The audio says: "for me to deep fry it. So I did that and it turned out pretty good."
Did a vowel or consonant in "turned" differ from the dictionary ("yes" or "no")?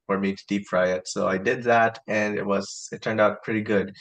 no